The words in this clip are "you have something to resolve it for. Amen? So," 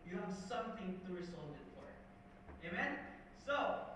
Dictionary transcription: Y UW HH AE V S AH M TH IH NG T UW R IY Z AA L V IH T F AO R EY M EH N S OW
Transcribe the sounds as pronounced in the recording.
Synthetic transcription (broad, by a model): Y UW HH AE V S AH M TH IH NG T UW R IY S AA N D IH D F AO R EY M EH N S OW